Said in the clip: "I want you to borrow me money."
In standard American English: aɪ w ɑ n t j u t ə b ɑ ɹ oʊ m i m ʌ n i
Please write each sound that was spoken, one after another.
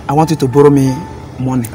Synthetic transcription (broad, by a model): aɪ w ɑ t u t ə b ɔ ɹ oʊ m i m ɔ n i